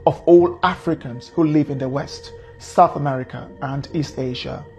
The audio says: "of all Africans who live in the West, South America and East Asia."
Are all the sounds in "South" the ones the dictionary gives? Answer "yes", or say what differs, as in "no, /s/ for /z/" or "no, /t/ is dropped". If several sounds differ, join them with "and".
yes